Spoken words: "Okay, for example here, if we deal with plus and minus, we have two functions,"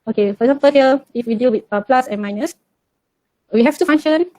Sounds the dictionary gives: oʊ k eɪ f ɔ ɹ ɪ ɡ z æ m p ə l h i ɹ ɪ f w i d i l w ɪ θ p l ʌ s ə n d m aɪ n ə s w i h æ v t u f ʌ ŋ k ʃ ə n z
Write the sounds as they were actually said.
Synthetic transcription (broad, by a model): oʊ k eɪ f ɔ ɹ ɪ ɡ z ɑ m p ə l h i l ɪ f w i d i l w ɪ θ p l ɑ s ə n m aɪ n ə s w i h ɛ f t u f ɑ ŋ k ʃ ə n